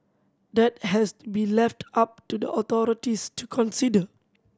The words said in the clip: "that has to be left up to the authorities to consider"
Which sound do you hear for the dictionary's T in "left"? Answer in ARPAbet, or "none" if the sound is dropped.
T